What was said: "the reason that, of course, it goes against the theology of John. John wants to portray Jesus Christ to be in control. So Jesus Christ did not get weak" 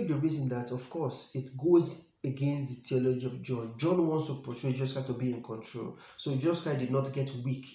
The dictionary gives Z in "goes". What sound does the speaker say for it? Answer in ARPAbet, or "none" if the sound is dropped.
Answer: Z